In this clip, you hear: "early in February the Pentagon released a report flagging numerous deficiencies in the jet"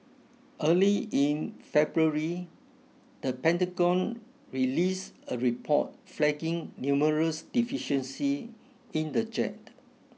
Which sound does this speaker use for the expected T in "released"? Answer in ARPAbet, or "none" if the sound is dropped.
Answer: none